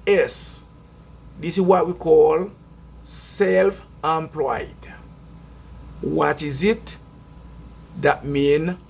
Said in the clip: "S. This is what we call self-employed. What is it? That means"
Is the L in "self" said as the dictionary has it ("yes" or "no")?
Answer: yes